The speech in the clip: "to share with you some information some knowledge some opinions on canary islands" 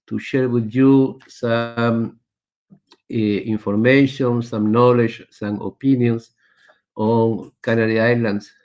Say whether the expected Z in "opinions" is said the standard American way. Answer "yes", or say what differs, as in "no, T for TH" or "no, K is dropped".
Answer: no, S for Z